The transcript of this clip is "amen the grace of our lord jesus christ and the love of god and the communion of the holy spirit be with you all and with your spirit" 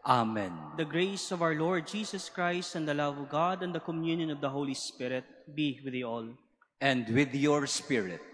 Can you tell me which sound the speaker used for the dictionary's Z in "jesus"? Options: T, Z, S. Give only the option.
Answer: S